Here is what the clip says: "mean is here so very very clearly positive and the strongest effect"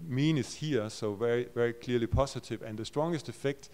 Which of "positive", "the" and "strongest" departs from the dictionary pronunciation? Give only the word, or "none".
positive